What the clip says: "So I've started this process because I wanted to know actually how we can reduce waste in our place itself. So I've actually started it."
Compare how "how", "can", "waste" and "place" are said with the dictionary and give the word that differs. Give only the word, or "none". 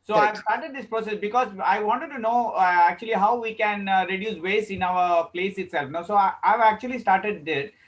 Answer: waste